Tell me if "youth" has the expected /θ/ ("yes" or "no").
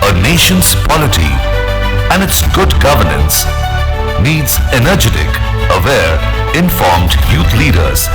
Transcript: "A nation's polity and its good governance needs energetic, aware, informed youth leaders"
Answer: no